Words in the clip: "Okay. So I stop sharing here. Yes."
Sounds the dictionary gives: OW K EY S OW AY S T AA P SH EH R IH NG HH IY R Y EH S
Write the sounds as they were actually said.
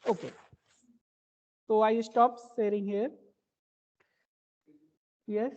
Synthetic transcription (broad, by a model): OW K EY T OW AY S T AA P S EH R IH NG HH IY R Y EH S